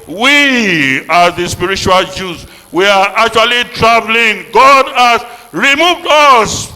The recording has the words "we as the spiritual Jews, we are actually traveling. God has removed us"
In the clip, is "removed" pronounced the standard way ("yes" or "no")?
yes